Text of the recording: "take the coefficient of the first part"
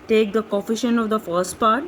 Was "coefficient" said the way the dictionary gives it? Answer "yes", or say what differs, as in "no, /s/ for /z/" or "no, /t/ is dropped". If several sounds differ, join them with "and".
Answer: no, /t/ is dropped